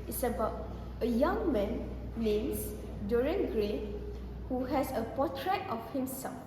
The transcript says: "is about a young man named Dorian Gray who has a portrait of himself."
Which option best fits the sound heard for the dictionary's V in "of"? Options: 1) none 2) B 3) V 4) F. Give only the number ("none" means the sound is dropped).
4